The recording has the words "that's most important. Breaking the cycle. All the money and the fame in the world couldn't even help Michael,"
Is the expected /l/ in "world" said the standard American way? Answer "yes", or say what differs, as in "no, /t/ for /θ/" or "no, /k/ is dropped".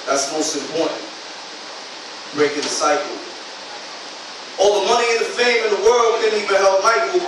yes